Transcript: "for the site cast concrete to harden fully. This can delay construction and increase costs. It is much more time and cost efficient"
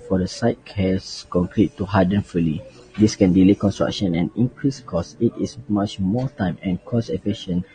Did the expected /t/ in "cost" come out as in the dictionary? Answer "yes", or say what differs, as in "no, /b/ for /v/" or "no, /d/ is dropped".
no, /t/ is dropped